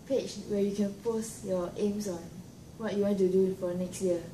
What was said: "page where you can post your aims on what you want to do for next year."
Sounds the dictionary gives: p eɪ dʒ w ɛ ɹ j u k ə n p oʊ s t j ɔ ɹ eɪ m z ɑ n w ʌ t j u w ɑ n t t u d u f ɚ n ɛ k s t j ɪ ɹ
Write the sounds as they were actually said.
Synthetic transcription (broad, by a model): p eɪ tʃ w ɛ j u k ə n p oʊ s t j ɔ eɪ m s ɑ n w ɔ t j u w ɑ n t t u d u f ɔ n ɛ k s t j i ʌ